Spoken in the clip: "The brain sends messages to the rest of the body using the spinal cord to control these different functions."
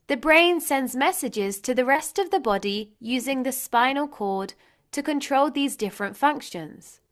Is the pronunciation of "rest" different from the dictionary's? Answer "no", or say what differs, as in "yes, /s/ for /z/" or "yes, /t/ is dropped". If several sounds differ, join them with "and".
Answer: no